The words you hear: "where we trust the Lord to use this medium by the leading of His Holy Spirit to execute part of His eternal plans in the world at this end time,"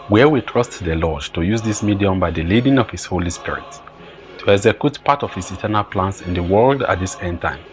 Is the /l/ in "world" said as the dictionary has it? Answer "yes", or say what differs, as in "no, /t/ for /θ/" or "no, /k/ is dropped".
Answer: yes